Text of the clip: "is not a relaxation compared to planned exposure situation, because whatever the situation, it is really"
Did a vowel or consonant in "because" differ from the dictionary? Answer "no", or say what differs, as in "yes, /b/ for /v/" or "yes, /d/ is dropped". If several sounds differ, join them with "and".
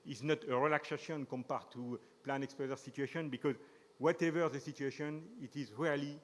no